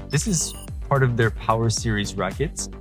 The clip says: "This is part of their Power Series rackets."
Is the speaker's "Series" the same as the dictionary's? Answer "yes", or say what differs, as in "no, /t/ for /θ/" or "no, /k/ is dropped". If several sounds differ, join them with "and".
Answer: yes